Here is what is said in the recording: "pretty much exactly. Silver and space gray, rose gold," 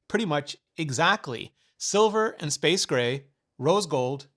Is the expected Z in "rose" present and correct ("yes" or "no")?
yes